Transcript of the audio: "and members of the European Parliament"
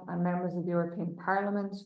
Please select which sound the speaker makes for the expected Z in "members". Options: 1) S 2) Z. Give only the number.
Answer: 2